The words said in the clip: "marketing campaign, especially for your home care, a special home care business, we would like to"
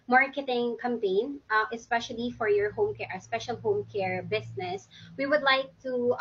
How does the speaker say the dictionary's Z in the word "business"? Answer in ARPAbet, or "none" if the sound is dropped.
S